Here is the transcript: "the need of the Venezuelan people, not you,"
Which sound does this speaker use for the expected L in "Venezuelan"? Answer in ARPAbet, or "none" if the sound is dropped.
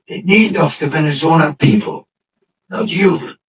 N